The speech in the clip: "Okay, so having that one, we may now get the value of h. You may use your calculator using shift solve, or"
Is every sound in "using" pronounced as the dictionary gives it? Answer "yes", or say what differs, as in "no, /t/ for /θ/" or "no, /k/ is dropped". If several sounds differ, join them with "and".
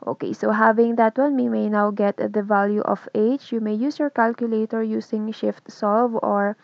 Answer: no, /s/ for /z/